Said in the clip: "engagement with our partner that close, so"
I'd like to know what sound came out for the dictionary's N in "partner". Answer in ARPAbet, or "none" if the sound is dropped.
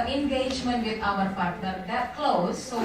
none